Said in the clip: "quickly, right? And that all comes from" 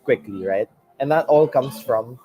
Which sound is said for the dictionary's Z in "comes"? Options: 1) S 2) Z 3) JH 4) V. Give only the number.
1